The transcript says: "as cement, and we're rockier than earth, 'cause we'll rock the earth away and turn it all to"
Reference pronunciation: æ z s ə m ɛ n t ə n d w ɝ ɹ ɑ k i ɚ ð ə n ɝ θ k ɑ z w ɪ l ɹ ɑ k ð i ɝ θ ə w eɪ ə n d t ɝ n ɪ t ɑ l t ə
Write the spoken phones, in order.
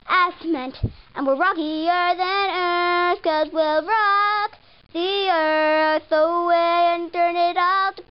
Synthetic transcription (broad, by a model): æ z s m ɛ n t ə n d w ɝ ɹ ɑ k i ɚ ð ə n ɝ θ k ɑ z w ɪ l ɹ ɑ k ð i ɝ θ ə w eɪ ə n t ɝ n ɪ t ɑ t